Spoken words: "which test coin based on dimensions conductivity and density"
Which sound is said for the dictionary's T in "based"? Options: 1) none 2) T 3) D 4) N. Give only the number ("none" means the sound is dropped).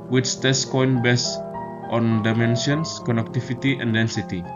2